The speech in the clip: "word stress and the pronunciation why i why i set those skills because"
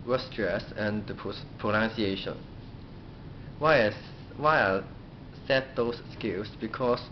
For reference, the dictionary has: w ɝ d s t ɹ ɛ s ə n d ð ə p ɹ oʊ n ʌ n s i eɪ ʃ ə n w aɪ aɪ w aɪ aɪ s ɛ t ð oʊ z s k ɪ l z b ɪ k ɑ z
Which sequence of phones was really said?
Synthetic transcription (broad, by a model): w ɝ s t ɹ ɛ s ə n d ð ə p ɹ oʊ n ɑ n s i eɪ ʃ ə n w aɪ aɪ w aɪ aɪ s ɛ t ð oʊ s k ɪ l s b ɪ k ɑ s